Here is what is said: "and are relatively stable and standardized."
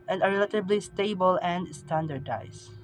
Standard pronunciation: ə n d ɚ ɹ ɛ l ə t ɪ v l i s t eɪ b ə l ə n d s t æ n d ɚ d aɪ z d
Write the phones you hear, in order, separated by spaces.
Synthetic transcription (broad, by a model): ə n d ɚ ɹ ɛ l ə t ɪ b l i s t eɪ b ə l ə n d s t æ n d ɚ d aɪ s